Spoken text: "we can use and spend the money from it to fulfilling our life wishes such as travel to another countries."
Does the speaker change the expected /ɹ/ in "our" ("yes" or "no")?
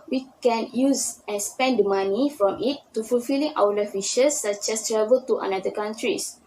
yes